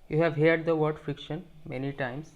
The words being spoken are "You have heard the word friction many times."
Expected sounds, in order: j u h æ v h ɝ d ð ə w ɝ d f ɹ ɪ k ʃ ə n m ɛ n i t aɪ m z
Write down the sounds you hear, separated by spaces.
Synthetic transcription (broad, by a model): j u h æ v h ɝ d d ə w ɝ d f ɹ ɪ k ʃ ə n m ɛ n i t aɪ m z